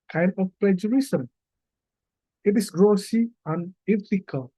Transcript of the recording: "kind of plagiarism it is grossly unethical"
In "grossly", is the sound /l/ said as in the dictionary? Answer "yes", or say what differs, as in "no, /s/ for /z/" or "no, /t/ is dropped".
no, /l/ is dropped